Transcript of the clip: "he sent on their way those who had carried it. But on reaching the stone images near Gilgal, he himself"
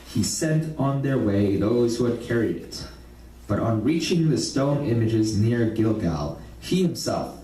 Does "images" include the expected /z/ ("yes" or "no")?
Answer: yes